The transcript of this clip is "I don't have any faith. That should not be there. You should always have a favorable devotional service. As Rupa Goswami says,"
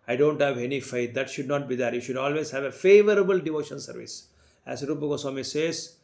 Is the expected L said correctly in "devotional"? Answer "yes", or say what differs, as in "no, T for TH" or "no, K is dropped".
no, N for L